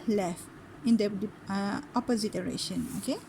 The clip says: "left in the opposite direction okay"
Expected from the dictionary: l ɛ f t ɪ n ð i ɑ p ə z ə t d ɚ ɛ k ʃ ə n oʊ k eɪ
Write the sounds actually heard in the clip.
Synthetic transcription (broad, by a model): l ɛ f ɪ n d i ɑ p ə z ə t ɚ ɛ ʃ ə n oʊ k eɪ